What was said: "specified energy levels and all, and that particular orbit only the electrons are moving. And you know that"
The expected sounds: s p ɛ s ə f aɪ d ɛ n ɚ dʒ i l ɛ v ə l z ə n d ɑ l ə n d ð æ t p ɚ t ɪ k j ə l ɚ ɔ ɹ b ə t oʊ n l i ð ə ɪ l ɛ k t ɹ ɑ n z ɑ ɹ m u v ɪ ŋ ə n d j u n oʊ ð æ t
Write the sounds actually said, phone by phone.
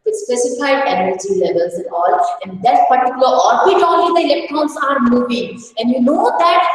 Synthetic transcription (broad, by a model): s p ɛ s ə f aɪ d ɛ n ɚ dʒ i l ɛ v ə l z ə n ɑ l ə n d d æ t p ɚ t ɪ k j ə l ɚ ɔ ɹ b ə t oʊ l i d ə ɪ l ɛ k t ɹ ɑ n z ɑ ɹ m u v ɪ ŋ ə n d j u n oʊ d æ t